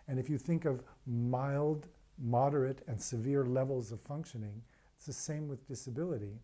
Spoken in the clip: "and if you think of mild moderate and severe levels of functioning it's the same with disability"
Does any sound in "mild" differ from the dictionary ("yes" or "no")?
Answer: no